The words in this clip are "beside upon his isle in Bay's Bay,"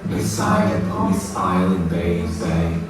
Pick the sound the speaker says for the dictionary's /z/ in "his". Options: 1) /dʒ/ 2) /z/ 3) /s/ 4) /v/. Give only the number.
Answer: 3